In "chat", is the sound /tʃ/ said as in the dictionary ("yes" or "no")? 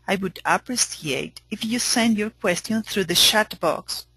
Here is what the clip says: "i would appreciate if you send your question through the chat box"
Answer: no